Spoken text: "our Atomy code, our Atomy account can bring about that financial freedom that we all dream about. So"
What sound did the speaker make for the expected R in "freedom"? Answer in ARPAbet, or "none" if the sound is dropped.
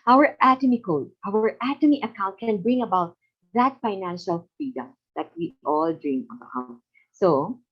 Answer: none